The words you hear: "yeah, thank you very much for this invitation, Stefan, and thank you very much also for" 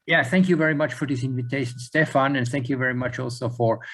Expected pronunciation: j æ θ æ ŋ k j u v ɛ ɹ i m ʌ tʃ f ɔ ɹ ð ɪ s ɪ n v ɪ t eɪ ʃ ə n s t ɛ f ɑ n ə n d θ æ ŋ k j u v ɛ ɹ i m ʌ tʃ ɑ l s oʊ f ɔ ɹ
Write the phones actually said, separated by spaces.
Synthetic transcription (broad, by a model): j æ θ æ ŋ k j u v ɛ ɹ i m ʌ tʃ f ɔ ɹ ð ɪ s ɪ n v ɪ t eɪ ʃ ə n s t ɛ f ɑ n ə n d θ æ ŋ k j u v ɛ ɹ i m ʌ tʃ ɑ l s oʊ f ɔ ɹ